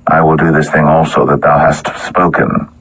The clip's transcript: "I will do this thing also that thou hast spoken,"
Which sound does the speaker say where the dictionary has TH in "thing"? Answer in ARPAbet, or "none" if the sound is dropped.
TH